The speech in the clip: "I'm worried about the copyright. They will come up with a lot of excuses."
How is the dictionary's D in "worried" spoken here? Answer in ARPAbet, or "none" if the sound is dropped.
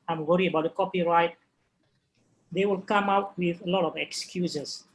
none